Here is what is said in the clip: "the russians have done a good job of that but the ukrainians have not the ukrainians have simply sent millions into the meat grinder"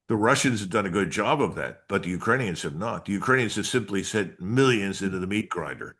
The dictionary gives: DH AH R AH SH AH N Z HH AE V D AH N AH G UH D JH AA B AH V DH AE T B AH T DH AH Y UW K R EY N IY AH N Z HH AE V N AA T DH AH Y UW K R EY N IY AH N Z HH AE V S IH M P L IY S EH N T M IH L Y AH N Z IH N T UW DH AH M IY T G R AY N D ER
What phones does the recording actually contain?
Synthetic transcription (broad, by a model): DH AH R AH SH AH N Z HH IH V D AH N AH G UH D JH AA B AH V DH AE T B AH T DH AH Y UW K R EY N IY AH N Z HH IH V N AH T DH AH Y UW K R EY N IY AH N Z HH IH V S IH M P L IY S EH T M IH L Y AH N Z IH N T UW DH AH M IY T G R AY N D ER